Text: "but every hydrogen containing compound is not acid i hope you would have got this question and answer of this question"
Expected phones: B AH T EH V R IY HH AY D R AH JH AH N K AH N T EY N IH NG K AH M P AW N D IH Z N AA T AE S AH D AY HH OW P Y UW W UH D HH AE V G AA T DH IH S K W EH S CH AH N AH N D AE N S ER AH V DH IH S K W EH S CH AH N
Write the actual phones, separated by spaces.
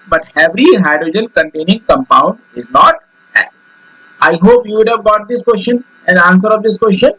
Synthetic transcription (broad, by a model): B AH T EH V R IY HH AY D R AH JH AH N K AH N T EY N IH NG K AH M P AW N D IH Z N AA T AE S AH AY HH OW P Y UW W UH D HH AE V G AA T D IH S K W EH S CH AH N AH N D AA N S ER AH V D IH S K W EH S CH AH N